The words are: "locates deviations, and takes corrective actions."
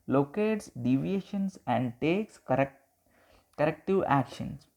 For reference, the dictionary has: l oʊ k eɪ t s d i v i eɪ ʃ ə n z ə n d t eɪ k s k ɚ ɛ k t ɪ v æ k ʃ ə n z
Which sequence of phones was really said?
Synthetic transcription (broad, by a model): l oʊ k eɪ t s d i v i eɪ ʃ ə n s ə n d t eɪ k s k ɚ ɛ k t ɪ v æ k ʃ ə n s